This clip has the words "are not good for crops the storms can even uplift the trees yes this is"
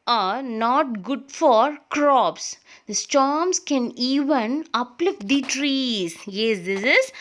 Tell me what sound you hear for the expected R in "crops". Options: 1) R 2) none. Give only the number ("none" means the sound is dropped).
1